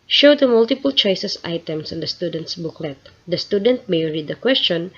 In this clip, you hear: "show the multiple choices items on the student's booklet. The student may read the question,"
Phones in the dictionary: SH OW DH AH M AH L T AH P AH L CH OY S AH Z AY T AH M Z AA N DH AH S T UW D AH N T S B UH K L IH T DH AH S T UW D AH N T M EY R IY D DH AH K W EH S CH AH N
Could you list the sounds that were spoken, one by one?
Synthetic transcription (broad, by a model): SH OW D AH M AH L T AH P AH L CH OY S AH S AY T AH M S AA N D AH S T UW D AH N T S B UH K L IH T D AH S T UW D AH N T M EY R IY D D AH K W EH S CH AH N